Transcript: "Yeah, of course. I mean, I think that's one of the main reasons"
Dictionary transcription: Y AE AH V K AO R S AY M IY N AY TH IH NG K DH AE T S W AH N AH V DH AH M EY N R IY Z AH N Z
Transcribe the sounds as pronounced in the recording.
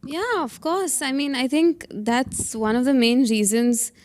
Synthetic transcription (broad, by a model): Y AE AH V K AO R S AY M IY N AY TH IH NG K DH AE T S W AH N AH V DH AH M EY N R IY Z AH N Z